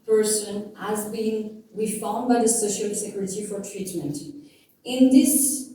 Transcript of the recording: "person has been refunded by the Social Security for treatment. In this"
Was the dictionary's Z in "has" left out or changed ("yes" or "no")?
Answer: no